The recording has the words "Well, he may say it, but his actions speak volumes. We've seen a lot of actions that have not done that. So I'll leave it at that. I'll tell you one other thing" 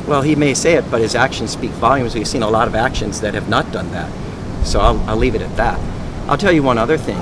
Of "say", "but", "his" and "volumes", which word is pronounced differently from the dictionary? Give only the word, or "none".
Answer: none